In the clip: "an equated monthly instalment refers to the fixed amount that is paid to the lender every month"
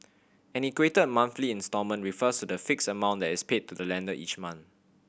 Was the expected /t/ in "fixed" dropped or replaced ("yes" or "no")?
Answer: yes